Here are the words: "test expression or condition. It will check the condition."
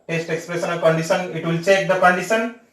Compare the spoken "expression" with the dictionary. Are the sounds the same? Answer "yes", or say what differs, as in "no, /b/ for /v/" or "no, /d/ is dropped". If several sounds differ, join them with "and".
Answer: no, /s/ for /ʃ/